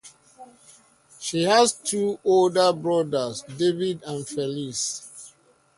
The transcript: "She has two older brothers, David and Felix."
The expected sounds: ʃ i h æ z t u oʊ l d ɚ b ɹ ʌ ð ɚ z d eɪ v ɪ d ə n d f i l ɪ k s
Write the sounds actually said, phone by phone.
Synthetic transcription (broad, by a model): ʃ i h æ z t u oʊ l d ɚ b ɹ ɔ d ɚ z d eɪ v ɪ d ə n f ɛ l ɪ s